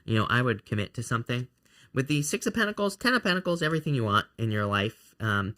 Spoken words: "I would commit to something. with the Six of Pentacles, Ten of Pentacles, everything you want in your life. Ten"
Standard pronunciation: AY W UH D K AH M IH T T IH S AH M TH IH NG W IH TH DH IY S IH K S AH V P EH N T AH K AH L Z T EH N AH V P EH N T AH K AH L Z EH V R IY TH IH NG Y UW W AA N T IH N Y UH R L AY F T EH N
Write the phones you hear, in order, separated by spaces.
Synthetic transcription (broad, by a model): AY W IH D K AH M IH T T IH S AH M TH IH NG W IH DH IY S IH K S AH P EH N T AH K L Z T EH N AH P EH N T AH K L Z EH V R IY TH IH NG Y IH W AA N T IH N Y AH R L AY F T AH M